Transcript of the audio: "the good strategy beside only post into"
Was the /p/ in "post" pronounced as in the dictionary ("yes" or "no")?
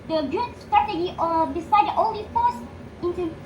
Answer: no